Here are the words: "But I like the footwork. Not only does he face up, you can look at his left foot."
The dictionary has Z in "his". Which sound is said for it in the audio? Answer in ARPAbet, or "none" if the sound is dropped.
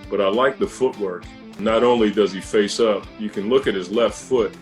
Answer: Z